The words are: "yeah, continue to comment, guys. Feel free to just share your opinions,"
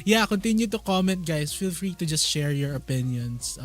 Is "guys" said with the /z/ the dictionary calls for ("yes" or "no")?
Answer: no